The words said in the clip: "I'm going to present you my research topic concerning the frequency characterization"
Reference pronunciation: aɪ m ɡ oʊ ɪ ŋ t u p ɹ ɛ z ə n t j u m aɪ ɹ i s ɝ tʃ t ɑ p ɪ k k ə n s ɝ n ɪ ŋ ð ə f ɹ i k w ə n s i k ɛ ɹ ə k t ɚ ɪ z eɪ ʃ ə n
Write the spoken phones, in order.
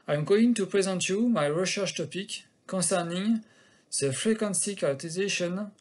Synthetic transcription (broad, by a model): aɪ m ɡ oʊ ɪ ŋ t u p ɹ ɛ z ə n t j u m aɪ ɹ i ʃ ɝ ʃ t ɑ p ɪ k k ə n s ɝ n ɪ ŋ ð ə f ɹ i k w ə n s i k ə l t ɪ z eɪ ʃ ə n